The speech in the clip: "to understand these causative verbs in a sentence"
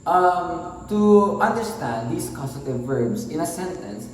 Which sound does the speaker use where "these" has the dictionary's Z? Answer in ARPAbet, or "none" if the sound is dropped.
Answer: S